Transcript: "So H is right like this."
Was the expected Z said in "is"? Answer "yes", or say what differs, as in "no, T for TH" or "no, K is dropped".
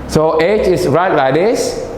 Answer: no, S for Z